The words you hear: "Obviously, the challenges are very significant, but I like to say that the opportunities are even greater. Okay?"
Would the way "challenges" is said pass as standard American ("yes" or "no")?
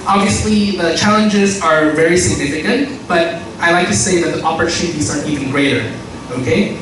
yes